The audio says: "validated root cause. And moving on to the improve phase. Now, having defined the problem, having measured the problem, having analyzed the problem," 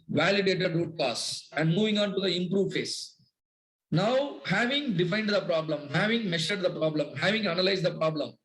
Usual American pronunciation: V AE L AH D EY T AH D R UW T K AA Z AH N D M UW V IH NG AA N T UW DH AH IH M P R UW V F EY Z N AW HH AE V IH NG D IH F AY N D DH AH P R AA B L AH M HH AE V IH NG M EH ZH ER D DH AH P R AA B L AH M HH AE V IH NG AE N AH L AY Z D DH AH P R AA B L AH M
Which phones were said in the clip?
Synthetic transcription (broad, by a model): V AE L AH D EY T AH D R UW T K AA S AH N D M UW V IH NG AA N T UW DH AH IH M P R UW V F EY S N AW HH AE V IH NG D IH F AY N D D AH P R AA B L AH M HH AE V IH NG M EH SH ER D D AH P R AA B L AH M HH AE V IH NG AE N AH L AY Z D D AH P R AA B L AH M